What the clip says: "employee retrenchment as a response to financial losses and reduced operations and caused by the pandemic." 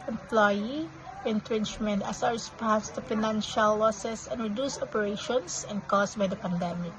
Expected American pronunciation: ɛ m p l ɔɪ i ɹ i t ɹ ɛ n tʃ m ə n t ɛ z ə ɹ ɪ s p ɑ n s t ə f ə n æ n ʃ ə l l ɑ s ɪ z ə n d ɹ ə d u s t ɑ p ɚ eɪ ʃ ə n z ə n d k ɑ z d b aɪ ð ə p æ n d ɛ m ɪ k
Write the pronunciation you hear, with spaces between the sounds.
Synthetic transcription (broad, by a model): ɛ m p l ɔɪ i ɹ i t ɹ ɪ n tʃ m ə n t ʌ s ə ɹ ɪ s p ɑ s t ə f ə n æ n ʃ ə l l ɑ s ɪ s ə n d ɹ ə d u s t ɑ p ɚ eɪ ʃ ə n s ə n d k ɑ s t b aɪ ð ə p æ n d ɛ m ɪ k